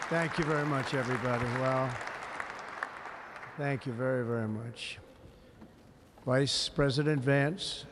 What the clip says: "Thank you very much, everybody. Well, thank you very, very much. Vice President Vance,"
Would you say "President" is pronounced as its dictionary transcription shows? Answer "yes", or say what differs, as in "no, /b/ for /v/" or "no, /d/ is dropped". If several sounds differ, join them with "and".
yes